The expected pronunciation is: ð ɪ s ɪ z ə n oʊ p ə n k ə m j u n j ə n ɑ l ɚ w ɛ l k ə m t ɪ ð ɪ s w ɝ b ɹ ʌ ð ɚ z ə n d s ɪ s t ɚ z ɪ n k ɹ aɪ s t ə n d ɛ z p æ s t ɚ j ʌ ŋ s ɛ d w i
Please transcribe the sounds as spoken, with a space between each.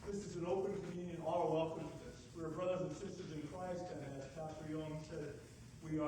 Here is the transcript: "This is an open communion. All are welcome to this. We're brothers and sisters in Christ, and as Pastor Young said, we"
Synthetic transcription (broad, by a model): ð ɪ s ɪ z ə n oʊ p ə n k ə m j u n j ə n ɑ l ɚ w ɛ l k ə m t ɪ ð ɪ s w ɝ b ɹ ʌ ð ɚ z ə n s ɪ s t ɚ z ɪ n k ɹ aɪ s t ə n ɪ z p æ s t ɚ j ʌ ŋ s ɛ d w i